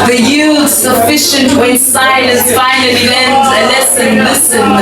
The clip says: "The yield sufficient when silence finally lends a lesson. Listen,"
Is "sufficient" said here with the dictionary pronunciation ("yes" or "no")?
yes